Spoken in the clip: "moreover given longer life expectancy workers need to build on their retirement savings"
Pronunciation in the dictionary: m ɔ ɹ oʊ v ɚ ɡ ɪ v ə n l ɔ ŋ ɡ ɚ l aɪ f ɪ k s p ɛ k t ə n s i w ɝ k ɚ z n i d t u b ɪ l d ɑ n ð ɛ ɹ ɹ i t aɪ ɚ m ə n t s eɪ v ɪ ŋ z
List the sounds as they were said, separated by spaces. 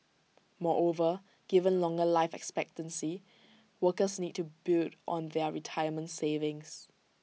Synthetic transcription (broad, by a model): m ɔ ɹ oʊ v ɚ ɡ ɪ v ə n l ɔ ŋ ɡ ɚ l aɪ f ɪ k s p ɛ k t ə n s i w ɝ k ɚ s n i d t u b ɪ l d ɑ n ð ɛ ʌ ɹ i t aɪ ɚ m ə n t s eɪ v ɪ ŋ s